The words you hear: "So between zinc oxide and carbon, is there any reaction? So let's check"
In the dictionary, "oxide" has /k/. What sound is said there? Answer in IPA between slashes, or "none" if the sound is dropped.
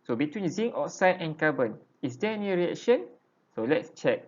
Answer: none